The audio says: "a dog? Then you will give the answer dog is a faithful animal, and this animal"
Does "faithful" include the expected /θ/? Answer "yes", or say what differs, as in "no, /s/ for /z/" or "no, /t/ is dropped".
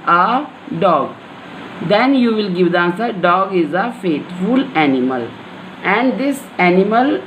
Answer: no, /t/ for /θ/